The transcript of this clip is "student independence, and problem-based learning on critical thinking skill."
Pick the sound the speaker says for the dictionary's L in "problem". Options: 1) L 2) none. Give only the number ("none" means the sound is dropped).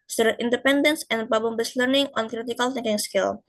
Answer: 2